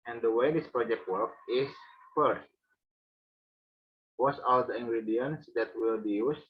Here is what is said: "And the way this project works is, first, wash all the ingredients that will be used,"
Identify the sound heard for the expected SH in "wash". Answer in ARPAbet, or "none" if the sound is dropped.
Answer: S